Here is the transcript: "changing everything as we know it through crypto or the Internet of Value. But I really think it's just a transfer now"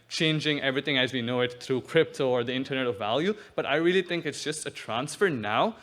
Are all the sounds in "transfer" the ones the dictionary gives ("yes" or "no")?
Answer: yes